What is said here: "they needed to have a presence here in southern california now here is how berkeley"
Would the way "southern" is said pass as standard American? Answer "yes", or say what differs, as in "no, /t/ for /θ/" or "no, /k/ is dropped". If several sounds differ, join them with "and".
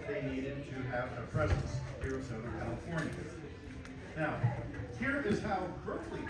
no, /ð/ is dropped